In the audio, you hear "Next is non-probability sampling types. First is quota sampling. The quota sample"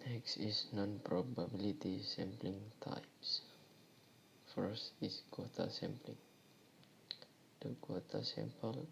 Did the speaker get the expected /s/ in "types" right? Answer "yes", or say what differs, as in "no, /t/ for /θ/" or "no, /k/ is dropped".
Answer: yes